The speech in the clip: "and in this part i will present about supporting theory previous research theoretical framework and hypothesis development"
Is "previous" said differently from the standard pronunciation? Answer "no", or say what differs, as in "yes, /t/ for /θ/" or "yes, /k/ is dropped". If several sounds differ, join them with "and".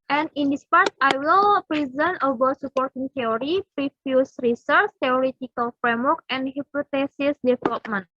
yes, /f/ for /v/